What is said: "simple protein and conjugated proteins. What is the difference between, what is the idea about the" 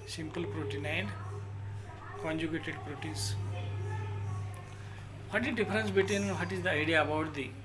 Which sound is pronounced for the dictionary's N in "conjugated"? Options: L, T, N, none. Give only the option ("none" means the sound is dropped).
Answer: N